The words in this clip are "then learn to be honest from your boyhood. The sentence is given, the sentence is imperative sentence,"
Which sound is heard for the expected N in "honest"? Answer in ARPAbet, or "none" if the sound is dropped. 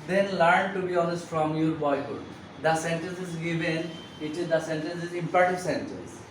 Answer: L